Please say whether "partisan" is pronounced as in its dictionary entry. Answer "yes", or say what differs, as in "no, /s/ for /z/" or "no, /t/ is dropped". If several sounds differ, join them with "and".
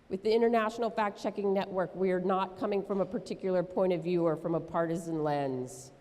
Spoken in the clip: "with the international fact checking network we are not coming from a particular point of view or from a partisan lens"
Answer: yes